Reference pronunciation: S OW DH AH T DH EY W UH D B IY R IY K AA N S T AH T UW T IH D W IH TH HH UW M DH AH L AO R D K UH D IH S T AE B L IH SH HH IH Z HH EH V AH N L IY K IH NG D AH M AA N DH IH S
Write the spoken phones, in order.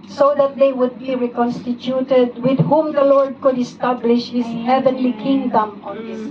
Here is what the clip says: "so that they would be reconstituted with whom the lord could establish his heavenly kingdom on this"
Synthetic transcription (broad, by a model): S OW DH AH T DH EY W UH D B IY R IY K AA N S T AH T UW T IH D W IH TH HH UW M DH AH L AO R D K UH D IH S T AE B L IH SH HH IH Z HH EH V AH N L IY K IH NG D AH M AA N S